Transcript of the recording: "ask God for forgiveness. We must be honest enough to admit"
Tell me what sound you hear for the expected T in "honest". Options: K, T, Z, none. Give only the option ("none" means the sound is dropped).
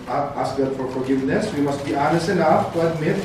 none